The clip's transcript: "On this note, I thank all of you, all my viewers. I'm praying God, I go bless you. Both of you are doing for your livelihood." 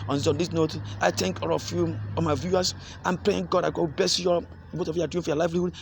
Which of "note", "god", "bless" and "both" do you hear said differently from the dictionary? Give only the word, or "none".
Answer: both